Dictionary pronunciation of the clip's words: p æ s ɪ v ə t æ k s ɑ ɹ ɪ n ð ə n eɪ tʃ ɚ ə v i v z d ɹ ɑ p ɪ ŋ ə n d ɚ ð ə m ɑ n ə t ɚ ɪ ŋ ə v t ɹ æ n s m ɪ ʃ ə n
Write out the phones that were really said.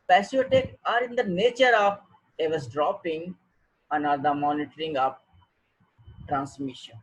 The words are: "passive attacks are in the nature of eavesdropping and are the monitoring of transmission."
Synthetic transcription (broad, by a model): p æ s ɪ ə t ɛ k ɑ ɹ ɪ n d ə n eɪ tʃ ɚ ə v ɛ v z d ɹ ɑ p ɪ ŋ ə n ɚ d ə m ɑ n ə t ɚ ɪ ŋ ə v t ɹ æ n s m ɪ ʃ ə n